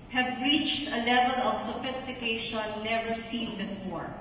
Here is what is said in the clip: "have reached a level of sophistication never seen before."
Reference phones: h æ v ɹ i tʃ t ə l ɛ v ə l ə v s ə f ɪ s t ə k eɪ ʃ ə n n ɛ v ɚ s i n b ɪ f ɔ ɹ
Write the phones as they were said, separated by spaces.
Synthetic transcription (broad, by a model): h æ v ɹ i tʃ t ə l ɛ v ə l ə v s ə f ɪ s t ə k eɪ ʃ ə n n ɛ v ɚ s i n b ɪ f ɔ ɹ